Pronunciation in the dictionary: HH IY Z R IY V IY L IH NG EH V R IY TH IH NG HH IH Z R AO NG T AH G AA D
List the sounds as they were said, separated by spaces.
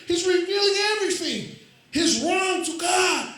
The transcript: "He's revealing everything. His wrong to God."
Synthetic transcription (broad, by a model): HH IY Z R IY V IY L IH NG EH V R IY TH IH NG HH IH Z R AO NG T AH G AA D